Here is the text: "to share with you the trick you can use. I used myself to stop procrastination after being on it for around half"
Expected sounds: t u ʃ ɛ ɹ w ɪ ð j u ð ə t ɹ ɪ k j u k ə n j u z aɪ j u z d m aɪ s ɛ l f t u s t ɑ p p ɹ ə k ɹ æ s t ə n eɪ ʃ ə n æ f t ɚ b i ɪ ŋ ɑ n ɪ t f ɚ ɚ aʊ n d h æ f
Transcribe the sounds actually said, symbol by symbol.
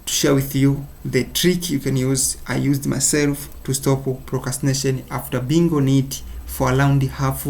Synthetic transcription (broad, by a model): t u ʃ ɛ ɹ w ɪ ð j u ð ə t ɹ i k j u k ə n j u z aɪ j u z d m aɪ s ɛ l f t u s t ɑ p p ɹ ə k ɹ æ s t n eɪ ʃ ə n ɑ f t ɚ b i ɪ ŋ ɑ n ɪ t f ɚ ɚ aʊ n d h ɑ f